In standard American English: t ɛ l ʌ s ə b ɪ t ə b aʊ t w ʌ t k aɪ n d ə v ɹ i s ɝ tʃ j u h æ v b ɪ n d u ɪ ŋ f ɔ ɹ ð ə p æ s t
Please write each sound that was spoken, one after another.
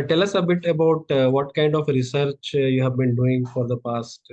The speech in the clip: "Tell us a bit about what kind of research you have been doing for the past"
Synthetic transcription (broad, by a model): t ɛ l ʌ s ə b ɪ t ə b aʊ t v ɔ t k aɪ n d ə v ɹ i s ɝ tʃ j u h æ v b ɪ n d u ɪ ŋ f ɔ ɹ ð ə p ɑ s t